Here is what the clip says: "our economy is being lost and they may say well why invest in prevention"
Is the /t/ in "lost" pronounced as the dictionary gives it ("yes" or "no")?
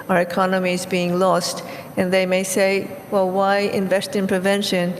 yes